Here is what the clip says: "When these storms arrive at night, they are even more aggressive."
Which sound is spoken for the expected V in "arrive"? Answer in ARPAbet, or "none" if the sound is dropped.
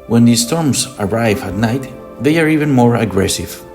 V